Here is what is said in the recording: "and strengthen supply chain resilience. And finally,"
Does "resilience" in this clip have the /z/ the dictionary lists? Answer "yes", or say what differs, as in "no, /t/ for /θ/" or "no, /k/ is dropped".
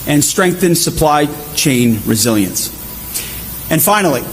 yes